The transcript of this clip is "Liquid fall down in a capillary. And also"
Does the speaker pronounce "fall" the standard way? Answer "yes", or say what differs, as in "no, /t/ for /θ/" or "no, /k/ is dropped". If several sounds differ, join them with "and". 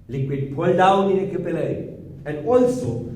no, /p/ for /f/